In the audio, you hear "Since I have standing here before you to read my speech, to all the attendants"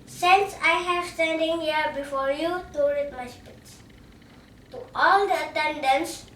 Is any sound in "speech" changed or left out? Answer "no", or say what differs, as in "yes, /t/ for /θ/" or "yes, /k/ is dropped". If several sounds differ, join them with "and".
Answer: yes, /s/ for /tʃ/